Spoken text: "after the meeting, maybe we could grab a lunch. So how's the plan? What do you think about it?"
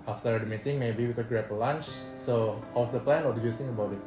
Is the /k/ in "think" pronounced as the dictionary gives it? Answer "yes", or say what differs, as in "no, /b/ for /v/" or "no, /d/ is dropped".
no, /k/ is dropped